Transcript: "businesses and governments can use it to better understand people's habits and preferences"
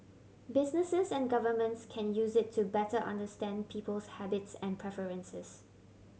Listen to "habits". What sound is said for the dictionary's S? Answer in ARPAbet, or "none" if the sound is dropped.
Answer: S